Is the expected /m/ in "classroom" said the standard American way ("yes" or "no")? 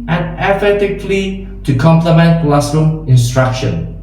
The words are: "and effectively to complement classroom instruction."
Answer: no